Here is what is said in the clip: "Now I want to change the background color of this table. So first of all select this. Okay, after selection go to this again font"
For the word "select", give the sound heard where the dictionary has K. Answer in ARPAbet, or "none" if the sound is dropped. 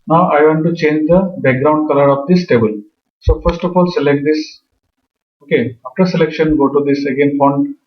K